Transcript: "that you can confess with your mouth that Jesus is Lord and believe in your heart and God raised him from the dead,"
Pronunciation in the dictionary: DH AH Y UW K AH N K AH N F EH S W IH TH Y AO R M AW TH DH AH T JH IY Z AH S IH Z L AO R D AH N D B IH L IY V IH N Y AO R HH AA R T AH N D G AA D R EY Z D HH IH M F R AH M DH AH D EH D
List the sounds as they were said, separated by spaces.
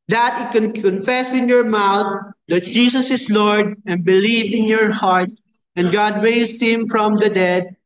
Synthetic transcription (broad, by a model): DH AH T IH K AH N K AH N F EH S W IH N Y AO R M AW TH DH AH T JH IY S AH S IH S L AO R D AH N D B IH L IY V IH N Y AO R HH AA R T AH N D G AA D R EY S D HH IH M F R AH M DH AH D EH D